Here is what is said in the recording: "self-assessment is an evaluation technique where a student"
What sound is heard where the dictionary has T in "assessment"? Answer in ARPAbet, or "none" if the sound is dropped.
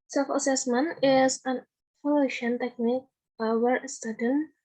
none